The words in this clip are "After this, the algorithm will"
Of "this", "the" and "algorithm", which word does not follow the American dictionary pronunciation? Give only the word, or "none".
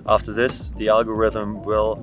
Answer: none